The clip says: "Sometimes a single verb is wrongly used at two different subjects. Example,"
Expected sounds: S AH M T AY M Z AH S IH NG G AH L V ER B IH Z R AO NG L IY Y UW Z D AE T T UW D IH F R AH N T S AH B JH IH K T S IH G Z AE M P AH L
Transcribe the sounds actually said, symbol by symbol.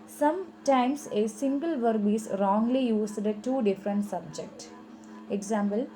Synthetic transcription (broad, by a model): S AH M T AY M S AH S IH NG G AH L V ER B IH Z R AO NG L IY Y UW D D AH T T UW D IH F R AH N T S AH B JH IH K T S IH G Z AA M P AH L